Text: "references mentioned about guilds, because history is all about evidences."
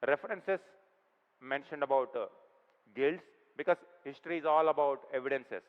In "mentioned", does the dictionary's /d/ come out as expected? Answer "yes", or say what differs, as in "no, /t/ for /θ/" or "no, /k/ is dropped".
yes